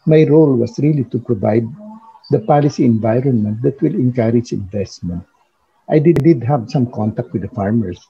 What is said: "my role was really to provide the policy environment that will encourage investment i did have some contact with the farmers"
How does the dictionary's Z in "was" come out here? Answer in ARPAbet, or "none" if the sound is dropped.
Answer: S